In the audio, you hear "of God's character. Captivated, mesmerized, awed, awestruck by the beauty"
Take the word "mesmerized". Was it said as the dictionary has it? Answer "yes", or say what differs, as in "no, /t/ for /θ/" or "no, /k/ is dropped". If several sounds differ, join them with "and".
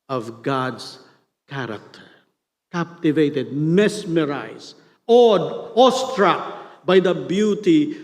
no, /d/ is dropped